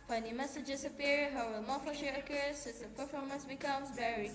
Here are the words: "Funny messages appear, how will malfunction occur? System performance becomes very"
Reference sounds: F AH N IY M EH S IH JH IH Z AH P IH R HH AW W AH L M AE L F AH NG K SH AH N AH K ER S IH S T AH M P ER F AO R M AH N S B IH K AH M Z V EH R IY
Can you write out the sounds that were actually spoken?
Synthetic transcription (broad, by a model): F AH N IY M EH S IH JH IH S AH P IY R HH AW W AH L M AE F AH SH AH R AH K ER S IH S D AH P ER F AO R M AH N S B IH K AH M S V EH R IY